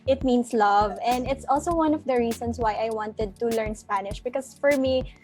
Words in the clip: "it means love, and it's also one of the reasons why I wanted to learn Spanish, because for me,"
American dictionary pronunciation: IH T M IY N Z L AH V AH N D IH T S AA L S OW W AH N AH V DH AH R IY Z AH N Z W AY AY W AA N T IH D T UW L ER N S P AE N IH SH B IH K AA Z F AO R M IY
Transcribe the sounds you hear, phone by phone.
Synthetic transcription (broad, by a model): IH T M IY N S L AH V AH N D IH T S AA L S OW W AH N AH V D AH R IY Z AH N S W AY AY W AA N T IH D T UW L ER N S P AE N IH SH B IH K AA S F AO R M IY